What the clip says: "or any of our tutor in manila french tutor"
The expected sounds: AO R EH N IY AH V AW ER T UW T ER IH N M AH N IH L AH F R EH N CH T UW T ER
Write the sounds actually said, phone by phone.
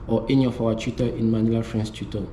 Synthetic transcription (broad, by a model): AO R EH N IY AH F AW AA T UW T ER IH N M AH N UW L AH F R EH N S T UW T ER